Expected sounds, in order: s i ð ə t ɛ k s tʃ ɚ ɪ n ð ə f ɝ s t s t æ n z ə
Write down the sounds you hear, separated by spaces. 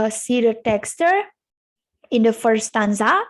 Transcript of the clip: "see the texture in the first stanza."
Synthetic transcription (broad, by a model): s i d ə t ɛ k s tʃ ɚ ɪ n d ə f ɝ t s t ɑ n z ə